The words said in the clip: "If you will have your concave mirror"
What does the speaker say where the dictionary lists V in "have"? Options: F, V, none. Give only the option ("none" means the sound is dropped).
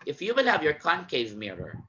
V